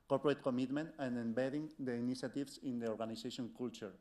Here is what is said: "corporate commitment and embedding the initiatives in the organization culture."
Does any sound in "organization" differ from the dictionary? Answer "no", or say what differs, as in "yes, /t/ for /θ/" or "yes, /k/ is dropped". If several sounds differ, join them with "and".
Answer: yes, /s/ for /z/